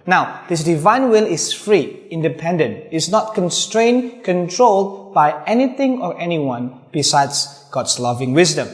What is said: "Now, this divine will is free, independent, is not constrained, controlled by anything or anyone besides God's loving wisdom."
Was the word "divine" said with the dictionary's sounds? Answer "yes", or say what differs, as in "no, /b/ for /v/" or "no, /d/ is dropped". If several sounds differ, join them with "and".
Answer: yes